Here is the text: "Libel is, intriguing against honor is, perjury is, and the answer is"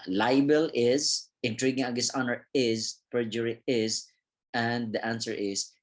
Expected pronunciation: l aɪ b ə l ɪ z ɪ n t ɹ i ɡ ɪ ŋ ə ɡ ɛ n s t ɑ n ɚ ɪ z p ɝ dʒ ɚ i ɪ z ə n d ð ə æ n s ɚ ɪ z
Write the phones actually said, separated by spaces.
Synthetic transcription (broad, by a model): l aɪ b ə l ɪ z ɪ n t ɹ i ɡ ɪ ŋ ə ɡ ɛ s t ɑ n ɚ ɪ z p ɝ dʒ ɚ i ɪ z ə n d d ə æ n s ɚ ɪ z